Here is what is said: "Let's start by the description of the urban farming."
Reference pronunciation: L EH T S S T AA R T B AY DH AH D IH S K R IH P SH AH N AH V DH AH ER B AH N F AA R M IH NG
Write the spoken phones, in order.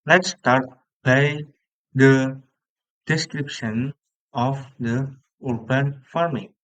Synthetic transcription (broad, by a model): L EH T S S T AA R T B AY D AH D IH S K R IH P SH AH N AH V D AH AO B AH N F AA R M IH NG